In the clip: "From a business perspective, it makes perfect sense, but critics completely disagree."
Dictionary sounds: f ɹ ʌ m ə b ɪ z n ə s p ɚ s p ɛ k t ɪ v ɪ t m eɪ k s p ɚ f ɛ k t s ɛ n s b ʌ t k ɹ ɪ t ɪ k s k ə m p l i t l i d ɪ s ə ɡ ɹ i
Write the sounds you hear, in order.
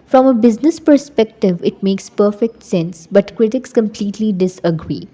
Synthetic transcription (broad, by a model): f ɹ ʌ m ə b ɪ z n ə s p ɚ s p ɛ k t ɪ v ɪ t m eɪ k s p ɚ f ɛ k t s ɛ n s b ʌ t k ɹ ɪ t ɪ k s k ə m p l i t l i d ɪ s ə ɡ ɹ i